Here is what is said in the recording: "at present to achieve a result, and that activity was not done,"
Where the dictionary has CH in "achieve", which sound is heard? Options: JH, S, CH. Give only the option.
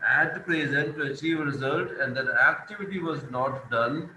CH